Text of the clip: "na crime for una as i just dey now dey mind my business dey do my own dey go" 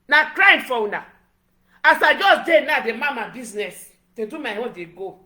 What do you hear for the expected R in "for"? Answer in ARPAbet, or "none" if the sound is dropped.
W